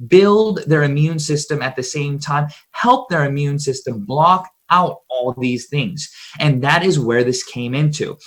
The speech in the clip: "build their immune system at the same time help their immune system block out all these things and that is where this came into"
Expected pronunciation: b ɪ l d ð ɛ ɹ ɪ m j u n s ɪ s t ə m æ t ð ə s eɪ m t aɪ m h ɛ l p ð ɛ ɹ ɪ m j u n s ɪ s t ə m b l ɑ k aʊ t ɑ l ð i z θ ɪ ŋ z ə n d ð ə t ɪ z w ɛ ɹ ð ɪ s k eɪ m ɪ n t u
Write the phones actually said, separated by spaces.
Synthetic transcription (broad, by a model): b ɪ l d ð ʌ ɹ ɪ m j u n s ɪ s t ə m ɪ t ð ə s eɪ m t aɪ m h ɛ l p ð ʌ ɹ ɪ m j u n s ɪ s t ə m b l ɑ k aʊ t ɑ l ð i z θ ɪ ŋ z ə n ð ə t ɪ z w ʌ ɹ ð ɪ s k eɪ m ɪ n t u